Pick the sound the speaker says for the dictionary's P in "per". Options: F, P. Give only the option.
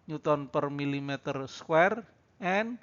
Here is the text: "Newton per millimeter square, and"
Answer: P